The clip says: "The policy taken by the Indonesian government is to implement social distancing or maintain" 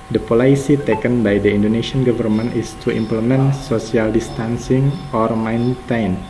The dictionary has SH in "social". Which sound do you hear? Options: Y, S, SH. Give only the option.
S